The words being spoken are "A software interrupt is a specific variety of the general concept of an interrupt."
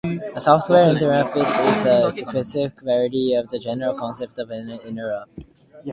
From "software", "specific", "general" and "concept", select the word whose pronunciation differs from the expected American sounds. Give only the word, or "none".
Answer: specific